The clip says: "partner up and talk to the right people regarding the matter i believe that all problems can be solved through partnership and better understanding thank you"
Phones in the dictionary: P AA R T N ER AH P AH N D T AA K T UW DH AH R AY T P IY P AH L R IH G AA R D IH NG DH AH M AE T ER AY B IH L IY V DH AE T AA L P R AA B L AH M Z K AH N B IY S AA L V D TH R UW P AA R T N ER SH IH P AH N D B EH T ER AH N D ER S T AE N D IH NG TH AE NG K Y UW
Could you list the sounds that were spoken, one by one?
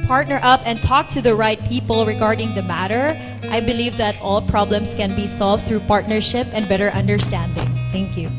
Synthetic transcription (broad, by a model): P AA R T N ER AH P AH N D T AA K T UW DH AH R AY T P IY P AH L R IH G AA R D IH NG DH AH M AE T ER AY B IH L IY V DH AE T AA L P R AA B L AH M S K AH N B IY S AA L V D TH R UW P AA R T N ER SH IH P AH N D B EH T ER AH N D ER S T AE N D IH NG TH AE NG K Y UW